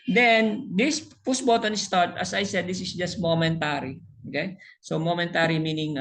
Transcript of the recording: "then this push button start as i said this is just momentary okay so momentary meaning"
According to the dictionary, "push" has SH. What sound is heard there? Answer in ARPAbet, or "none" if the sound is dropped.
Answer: S